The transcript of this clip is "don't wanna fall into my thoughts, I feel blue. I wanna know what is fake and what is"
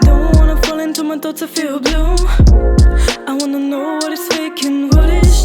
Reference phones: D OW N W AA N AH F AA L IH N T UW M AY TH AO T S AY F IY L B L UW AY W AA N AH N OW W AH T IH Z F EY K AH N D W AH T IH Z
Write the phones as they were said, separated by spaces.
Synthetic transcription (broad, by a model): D OW N W AA N AH F AA L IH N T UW M AY T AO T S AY F IY L B L UW AY W AA N AH N OW W AH T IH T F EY K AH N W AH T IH